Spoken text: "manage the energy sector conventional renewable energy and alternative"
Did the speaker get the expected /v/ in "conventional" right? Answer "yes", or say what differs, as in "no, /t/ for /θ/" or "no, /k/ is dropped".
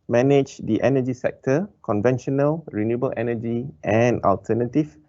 yes